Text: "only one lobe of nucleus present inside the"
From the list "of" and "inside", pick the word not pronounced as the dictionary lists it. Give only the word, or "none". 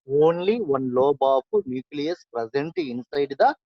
of